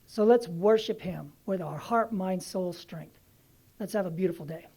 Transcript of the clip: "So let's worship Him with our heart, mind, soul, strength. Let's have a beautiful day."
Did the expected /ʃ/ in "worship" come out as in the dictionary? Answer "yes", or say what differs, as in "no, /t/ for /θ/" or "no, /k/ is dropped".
yes